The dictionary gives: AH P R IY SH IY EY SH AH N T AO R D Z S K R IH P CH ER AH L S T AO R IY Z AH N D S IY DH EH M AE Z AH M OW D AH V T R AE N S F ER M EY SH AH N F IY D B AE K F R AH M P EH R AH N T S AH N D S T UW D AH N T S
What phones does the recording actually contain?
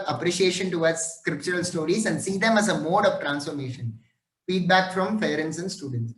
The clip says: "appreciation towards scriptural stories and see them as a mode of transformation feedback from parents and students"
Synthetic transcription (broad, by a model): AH P R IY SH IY EY SH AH N T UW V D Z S K R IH P CH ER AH L S T AO R IY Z AH N D S IY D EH M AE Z AH M OW D AH V T R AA N S F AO M EY SH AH N F IY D B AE K F R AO M F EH R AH N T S AH N D S T UW D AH N T S